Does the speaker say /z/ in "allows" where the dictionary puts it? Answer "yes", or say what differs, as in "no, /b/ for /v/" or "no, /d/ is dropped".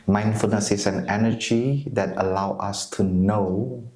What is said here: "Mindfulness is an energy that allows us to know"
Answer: no, /z/ is dropped